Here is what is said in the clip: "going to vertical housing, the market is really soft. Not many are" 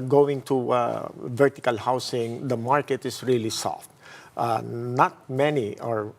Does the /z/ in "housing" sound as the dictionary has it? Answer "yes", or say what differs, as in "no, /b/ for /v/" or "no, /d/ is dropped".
no, /s/ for /z/